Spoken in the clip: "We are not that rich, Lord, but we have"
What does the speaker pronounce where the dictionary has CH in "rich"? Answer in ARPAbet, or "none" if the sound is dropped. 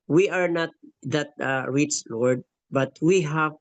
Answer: S